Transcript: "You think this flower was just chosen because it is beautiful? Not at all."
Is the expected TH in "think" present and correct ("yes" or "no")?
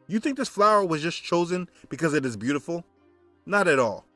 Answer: yes